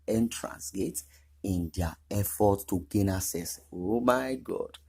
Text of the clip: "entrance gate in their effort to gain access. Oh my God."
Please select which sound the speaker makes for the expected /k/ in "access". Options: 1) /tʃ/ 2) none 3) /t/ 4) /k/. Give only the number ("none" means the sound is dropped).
2